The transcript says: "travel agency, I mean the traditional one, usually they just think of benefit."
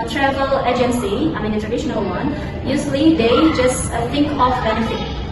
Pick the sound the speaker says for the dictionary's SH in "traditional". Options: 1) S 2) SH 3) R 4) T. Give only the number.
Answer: 2